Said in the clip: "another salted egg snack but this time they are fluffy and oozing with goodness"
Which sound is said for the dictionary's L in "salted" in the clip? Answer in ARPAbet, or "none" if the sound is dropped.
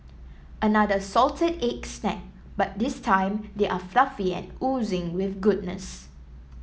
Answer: L